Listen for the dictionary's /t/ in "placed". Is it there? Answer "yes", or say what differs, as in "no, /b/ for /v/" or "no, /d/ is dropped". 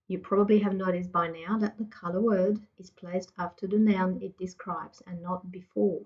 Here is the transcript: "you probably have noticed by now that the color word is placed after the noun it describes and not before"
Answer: yes